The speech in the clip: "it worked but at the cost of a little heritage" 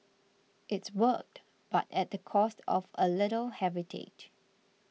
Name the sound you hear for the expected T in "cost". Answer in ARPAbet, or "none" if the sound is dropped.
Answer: T